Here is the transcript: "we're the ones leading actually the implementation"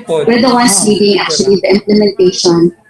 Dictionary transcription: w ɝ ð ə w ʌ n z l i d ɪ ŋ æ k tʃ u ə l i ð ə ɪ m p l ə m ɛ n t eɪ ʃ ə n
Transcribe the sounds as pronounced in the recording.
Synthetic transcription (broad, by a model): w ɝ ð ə w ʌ n s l i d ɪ ŋ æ k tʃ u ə l i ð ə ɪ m p l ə m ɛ n t eɪ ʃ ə n